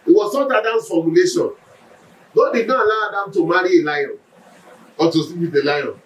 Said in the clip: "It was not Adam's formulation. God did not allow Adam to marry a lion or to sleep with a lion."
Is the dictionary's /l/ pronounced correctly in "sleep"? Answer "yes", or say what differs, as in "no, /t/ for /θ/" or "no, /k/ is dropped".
no, /l/ is dropped